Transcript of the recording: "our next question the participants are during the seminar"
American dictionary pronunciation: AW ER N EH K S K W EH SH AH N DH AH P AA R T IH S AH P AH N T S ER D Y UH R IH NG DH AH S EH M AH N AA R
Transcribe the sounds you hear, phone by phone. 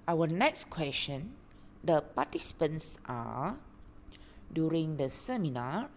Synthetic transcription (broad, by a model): AW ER N EH K S K W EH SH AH N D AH P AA T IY S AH P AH N S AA D Y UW R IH NG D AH S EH M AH N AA